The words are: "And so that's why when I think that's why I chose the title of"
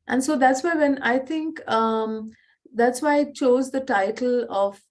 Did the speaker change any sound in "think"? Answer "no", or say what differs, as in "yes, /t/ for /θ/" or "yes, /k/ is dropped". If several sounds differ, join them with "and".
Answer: yes, /t/ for /θ/